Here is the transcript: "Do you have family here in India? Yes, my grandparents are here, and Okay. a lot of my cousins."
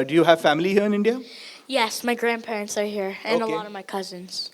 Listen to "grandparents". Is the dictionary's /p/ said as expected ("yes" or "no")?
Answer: yes